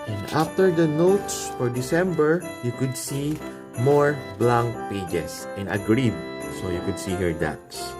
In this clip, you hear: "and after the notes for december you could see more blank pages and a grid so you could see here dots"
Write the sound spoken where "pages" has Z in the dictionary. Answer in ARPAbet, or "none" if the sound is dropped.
S